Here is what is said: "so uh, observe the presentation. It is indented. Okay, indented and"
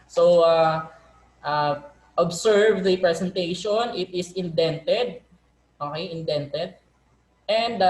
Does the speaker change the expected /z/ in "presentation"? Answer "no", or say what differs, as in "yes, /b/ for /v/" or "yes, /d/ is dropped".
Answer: yes, /s/ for /z/